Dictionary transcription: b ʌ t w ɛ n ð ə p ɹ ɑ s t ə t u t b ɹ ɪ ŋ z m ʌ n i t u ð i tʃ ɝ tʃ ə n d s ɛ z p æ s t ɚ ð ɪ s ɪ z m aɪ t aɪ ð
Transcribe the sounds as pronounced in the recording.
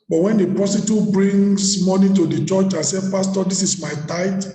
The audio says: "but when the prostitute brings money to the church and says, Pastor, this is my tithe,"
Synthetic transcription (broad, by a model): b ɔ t w ɛ n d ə p ɹ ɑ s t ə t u b ɹ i ŋ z m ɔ n i t u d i tʃ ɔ tʃ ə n s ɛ p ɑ s t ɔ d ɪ s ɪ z m aɪ t aɪ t